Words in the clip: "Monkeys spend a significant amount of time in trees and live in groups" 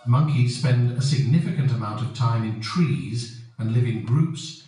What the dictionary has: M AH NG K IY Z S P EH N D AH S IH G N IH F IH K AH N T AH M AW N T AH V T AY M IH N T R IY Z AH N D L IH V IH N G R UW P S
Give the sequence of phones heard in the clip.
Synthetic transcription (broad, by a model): M AH NG K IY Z S P EH N D AH S IH G N IH F IH K AH N T AH M AW N T AH V T AY M IH N T R IY Z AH N L IH V IH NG G R UW P S